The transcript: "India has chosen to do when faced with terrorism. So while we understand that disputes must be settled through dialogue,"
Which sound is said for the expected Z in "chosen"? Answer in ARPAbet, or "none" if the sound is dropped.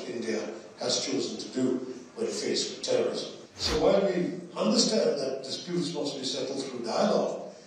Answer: Z